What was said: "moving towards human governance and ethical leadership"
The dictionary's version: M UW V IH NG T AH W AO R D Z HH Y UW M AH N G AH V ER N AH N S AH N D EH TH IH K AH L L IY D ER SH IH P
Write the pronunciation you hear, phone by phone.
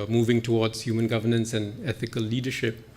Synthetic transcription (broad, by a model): M UW V IH NG T AH W AO R D Z HH Y UW M AH N G AH V ER N AH N S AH N EH TH IH K AH L L IY D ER SH IH P